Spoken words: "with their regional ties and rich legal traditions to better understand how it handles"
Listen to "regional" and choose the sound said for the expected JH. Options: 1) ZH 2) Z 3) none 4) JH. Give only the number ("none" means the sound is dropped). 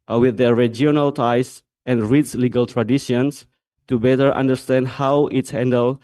3